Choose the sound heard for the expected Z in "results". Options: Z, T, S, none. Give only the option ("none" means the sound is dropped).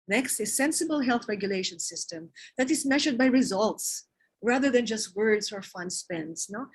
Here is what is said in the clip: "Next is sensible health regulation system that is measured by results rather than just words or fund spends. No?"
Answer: Z